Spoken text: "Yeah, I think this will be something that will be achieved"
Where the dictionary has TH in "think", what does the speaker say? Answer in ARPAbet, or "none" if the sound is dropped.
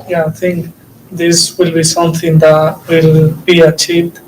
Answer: T